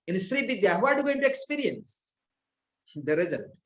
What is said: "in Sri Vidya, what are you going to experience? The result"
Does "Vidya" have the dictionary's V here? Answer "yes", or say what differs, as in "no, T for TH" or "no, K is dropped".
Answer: no, B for V